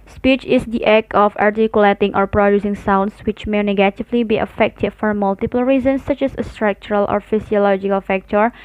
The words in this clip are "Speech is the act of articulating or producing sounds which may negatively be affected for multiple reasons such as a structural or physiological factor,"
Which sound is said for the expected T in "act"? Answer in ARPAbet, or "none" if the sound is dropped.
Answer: none